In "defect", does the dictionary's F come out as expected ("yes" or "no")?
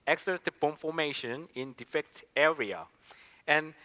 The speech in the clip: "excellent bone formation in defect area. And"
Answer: yes